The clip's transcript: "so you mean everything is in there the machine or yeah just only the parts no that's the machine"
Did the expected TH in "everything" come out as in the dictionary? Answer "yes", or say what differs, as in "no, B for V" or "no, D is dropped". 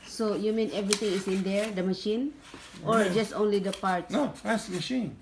no, T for TH